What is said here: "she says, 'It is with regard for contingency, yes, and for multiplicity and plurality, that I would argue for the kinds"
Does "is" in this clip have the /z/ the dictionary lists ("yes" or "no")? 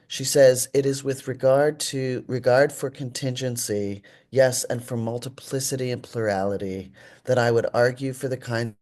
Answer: yes